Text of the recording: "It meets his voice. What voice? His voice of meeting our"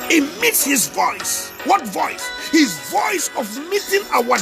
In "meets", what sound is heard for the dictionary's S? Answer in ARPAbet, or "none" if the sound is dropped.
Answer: S